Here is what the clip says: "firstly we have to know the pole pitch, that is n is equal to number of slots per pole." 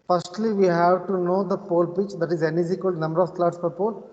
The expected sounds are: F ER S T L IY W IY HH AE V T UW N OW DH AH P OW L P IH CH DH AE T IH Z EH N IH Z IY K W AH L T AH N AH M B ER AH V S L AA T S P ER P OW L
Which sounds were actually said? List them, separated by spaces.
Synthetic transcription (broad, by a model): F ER S T L IY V IY HH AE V T UW N OW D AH P OW L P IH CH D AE T IH Z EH N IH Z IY K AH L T N AH M B ER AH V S L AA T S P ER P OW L